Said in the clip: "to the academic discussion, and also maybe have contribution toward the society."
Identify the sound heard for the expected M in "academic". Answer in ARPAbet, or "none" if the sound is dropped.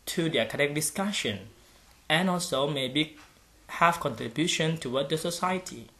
none